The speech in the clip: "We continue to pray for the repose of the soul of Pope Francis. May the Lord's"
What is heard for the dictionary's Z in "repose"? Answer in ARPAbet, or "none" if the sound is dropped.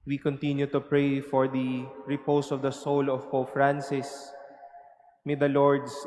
S